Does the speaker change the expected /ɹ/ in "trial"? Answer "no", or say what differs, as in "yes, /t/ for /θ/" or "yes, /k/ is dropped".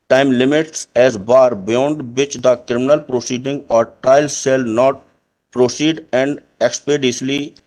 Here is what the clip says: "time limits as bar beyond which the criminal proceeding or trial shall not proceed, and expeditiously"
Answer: yes, /ɹ/ is dropped